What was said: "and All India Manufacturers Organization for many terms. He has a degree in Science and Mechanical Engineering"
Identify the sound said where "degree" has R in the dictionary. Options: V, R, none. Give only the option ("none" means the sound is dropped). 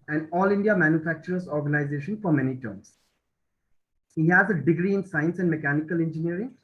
R